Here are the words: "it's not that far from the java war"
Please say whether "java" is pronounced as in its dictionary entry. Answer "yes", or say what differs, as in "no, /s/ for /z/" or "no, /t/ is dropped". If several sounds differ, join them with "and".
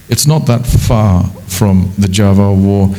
yes